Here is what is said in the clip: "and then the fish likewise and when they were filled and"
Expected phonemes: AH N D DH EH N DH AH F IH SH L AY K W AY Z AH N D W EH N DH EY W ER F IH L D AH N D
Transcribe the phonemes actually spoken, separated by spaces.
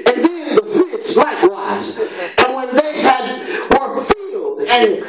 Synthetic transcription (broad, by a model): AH N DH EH N DH AH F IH S L AY K W AY Z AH N W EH N DH EY W ER F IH L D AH N